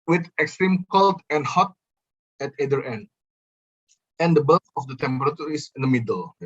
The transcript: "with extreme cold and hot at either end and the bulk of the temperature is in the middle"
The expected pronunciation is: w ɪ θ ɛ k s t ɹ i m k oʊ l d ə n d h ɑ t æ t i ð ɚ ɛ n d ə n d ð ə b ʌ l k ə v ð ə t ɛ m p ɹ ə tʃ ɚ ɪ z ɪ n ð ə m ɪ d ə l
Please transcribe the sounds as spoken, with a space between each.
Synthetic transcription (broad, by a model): w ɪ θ ɛ k s t ɹ i m k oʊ l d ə n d h ɑ t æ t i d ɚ ɛ n d ə n d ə b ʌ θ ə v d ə t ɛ m p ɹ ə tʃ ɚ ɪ s ɪ n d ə m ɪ d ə l